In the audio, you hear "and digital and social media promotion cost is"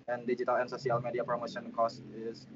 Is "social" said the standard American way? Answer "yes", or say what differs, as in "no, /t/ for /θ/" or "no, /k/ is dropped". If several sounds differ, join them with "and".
no, /s/ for /ʃ/